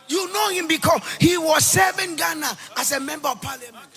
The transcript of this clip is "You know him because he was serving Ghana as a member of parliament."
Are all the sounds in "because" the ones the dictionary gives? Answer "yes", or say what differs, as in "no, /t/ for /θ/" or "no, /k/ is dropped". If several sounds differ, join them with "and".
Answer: no, /s/ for /z/